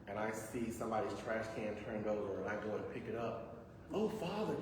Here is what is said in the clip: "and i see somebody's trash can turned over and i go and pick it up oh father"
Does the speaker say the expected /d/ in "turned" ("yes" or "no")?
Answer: yes